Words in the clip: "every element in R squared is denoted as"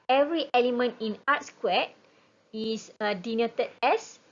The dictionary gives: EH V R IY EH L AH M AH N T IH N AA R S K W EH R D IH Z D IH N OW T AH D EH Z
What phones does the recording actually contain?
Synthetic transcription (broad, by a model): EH V R IY EH L AH M AH N T IH N AA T S K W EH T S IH D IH N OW T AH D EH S